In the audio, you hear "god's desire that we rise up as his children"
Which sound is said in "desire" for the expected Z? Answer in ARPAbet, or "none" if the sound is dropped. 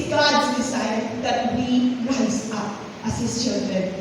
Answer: S